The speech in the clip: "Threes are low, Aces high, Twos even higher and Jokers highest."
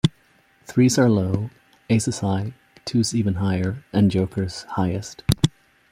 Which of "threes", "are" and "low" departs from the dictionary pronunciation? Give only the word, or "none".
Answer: none